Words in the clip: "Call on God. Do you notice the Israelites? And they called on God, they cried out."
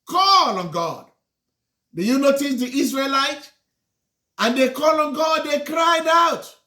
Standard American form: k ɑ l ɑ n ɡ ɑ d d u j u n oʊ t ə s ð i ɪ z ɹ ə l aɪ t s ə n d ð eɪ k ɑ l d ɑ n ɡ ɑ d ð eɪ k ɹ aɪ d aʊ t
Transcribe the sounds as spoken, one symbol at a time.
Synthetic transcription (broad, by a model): k ɑ l ɑ n ɡ ɑ d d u j u n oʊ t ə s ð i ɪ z ɹ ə l aɪ t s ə n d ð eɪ k ɑ l ɑ n ɡ ɑ d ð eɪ k ɹ aɪ d aʊ t